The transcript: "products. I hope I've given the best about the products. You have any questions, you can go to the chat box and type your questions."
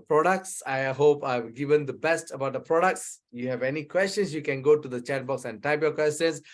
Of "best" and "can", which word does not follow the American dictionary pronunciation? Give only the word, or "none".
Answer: none